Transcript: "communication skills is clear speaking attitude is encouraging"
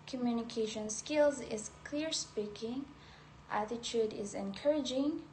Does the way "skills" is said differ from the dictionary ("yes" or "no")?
no